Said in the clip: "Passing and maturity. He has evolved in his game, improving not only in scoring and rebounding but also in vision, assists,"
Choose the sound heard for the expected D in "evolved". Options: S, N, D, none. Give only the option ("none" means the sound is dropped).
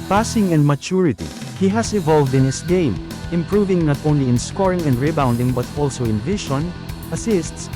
D